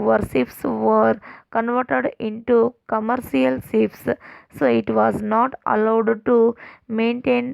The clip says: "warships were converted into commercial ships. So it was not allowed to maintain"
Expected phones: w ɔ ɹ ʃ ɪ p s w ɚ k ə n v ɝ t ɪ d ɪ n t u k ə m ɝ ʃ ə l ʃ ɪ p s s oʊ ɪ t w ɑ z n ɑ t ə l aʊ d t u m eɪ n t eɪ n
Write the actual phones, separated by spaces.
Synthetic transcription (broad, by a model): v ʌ ɹ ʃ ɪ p s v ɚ k ə n v ɝ t ɪ d ɪ n t u k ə m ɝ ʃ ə l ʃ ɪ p s s oʊ ɪ t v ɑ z n ɑ t ə l aʊ d t u m eɪ n t eɪ n